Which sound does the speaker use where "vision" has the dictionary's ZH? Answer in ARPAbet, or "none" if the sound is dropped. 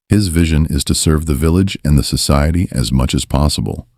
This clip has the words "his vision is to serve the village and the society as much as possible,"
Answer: ZH